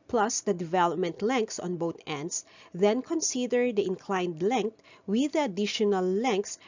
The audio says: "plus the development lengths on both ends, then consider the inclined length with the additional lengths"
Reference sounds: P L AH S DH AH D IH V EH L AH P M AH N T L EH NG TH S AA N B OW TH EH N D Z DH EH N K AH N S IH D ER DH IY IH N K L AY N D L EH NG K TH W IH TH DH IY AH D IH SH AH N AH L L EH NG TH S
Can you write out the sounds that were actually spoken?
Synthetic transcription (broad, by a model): P L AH S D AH D IH V EH L AH P M AH N T L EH NG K S AA N B OW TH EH N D S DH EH N K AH N S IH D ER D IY IH N K L AY N D L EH NG K T W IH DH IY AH D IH SH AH N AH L L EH NG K S